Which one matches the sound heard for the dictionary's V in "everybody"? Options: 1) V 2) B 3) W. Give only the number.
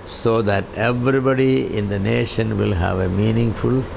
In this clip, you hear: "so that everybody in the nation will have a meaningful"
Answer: 1